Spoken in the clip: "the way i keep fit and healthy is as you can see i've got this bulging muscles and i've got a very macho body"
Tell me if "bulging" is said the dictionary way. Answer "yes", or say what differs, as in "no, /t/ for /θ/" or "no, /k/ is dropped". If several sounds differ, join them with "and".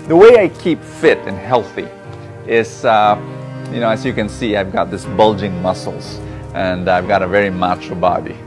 yes